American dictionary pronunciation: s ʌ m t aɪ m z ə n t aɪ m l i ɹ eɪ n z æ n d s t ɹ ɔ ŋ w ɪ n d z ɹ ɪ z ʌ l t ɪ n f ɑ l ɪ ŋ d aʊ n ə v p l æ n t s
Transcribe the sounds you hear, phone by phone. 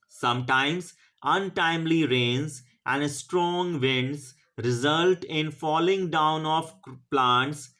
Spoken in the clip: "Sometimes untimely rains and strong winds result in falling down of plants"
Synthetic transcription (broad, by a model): s ʌ m t aɪ m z ə n t aɪ m l i ɹ eɪ n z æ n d s t ɹ ɔ ŋ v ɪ n d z ɹ ɪ z ʌ l t ɪ n f ɑ l ɪ ŋ d aʊ n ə f p l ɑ n t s